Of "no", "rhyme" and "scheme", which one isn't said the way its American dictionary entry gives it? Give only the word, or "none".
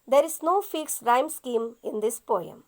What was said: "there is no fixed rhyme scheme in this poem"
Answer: none